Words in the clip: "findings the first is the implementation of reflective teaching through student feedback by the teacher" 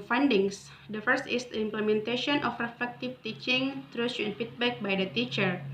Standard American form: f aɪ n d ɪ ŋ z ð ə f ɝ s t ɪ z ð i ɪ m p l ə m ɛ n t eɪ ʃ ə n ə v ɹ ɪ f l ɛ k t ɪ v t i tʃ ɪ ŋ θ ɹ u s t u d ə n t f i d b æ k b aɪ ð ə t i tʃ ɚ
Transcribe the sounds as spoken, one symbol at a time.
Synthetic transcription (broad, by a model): f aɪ n d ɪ ŋ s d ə f ɝ s t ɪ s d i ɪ m p l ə m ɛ n t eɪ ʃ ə n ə f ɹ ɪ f ɛ k t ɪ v t i tʃ ɪ ŋ t ɹ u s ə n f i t b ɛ k b aɪ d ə t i tʃ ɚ